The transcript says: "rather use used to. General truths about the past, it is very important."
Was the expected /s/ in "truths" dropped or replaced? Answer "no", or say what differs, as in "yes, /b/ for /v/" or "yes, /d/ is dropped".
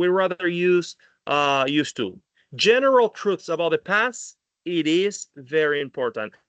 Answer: no